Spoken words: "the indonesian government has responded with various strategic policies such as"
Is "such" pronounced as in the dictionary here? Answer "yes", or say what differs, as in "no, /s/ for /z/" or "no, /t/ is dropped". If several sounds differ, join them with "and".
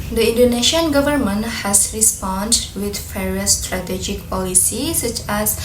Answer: yes